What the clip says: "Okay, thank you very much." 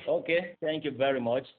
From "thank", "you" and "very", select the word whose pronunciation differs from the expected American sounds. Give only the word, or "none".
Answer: thank